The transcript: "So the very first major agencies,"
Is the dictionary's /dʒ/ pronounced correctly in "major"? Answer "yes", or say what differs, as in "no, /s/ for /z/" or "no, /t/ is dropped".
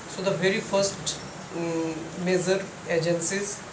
no, /z/ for /dʒ/